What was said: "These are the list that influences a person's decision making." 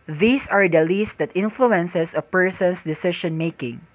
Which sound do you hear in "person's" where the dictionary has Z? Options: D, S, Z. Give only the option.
S